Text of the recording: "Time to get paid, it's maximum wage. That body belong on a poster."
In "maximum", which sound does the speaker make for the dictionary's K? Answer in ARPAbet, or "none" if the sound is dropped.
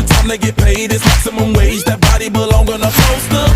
none